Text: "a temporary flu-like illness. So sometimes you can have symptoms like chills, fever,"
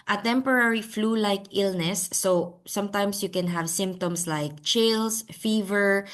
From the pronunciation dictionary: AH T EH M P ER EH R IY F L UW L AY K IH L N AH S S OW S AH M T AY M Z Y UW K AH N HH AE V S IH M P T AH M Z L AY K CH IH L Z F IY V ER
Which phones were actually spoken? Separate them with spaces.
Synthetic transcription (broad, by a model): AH T EH M P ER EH R IY F L UW L AY K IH L N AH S S OW S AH M T AY M S Y UW K AH N HH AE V S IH M P T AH M S L AY K CH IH L S F IY V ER